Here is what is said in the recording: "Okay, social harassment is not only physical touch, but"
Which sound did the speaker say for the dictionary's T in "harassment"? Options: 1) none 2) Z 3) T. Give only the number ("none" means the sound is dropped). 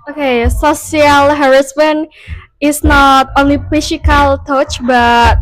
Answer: 1